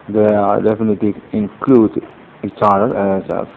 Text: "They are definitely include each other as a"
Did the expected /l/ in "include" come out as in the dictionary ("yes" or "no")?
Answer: yes